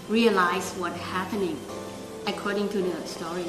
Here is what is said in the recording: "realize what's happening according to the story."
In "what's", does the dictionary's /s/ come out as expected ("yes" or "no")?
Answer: no